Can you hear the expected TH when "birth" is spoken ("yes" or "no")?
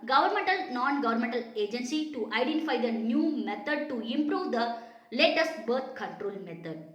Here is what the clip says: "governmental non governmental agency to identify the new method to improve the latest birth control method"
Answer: no